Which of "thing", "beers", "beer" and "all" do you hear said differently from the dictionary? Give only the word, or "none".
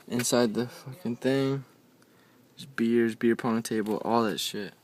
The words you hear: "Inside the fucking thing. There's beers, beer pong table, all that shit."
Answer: none